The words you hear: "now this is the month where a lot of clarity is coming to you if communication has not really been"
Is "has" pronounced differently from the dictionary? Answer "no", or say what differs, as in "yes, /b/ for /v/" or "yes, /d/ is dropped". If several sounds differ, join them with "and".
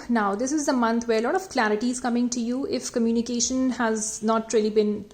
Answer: no